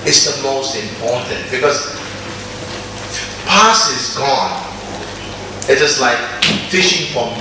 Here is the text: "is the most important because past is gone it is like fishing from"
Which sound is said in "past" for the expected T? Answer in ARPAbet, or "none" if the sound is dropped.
none